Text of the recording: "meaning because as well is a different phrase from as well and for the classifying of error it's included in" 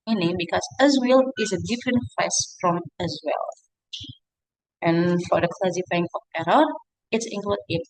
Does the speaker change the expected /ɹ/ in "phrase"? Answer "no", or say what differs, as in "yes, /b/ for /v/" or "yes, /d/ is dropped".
yes, /ɹ/ is dropped